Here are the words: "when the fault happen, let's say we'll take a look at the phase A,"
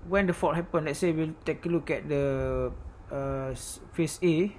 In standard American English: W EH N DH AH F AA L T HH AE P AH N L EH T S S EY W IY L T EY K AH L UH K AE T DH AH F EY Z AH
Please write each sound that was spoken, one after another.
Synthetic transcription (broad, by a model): W EH N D AH F AA T HH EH P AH N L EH T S S EY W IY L T EY K AH L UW K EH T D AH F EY S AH